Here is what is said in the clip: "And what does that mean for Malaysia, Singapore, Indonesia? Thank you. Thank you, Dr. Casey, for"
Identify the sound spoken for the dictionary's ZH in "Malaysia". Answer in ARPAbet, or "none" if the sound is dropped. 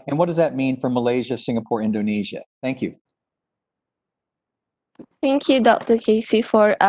ZH